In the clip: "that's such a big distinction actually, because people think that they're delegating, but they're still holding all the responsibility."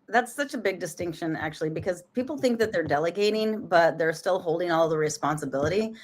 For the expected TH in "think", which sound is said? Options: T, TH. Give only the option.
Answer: TH